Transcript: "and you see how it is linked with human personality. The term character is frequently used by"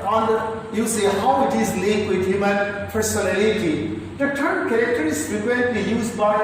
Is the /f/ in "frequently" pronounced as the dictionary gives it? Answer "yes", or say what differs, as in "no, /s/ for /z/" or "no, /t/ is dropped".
no, /p/ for /f/